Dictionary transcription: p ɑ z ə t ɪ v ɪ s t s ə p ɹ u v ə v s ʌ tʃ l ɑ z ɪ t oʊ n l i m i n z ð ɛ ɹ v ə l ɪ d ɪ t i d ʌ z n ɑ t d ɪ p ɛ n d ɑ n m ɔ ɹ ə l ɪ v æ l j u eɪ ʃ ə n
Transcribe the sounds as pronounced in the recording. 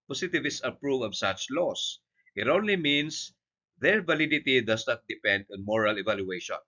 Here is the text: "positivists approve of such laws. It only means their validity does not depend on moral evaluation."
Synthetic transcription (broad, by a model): p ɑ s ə t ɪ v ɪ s s ə p ɹ u v ə v s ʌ tʃ l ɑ s ɪ t oʊ n l i m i n s ð ɛ ɹ v ə l ɪ d ɪ t i d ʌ s n ɑ t d ɪ p ɛ n d ɑ n m ɔ ɹ ə l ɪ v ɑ l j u eɪ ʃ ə n